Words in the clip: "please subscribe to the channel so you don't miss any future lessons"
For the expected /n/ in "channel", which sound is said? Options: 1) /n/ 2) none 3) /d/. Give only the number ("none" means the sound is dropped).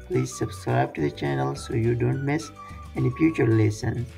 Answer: 1